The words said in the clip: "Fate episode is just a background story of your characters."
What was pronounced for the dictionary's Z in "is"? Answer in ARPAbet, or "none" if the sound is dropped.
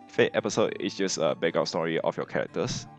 S